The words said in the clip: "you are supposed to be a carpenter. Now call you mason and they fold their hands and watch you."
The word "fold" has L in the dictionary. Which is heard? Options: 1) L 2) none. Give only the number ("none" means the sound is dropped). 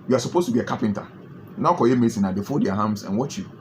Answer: 2